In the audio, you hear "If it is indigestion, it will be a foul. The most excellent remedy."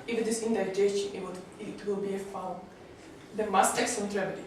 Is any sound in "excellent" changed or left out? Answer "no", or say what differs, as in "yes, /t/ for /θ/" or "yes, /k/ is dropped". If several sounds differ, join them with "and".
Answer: yes, /l/ is dropped